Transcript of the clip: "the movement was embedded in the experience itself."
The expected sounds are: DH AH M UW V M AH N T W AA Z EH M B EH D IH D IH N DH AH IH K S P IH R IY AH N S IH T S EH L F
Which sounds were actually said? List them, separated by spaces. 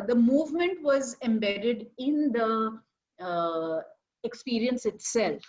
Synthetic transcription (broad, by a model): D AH M UW V M AH N T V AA Z EH M B EH D IH D IH N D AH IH K S P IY R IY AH N S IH T S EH L F